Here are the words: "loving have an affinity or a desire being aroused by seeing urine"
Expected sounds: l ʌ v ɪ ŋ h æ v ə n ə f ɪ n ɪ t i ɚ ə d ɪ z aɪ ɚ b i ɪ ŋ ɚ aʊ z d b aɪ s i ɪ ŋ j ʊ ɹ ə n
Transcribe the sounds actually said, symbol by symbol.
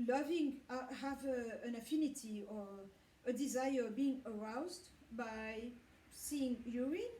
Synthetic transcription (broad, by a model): l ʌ v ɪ ŋ h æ v ə n ə f ɪ n ɪ t i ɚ ə d ɪ z aɪ ɚ b i ɪ ŋ ɚ aʊ z d b aɪ s i ɪ ŋ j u ɹ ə